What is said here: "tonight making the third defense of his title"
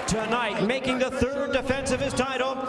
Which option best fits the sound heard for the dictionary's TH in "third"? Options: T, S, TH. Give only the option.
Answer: TH